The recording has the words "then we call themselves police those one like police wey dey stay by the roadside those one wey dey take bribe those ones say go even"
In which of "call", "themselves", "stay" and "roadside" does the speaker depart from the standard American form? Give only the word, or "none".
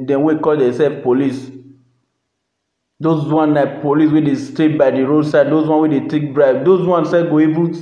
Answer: themselves